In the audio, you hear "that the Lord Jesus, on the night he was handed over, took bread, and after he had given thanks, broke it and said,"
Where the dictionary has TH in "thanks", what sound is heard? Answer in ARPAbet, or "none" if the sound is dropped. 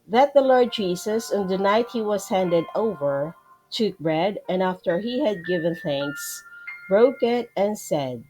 TH